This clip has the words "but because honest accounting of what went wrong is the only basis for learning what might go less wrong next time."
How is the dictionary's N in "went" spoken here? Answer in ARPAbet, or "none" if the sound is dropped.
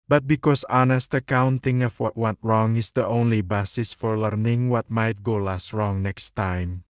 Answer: none